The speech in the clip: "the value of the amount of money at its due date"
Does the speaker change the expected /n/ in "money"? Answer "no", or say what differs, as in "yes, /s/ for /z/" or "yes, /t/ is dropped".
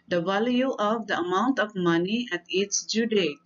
no